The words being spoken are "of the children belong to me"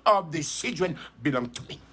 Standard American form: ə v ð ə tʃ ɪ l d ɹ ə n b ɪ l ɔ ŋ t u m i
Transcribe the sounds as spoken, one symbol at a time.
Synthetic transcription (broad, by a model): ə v ð ə s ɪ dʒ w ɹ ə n b ɪ l ɔ ŋ t u m i